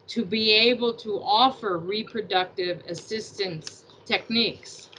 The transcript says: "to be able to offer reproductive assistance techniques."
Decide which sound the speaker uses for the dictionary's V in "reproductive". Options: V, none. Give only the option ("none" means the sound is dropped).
V